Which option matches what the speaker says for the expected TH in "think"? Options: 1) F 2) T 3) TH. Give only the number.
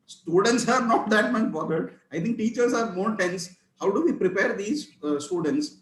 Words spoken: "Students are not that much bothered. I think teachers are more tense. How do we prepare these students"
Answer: 2